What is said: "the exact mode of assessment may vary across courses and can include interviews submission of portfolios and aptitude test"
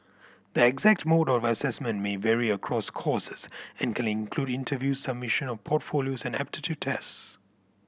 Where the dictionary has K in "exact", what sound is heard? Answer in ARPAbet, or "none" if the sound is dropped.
K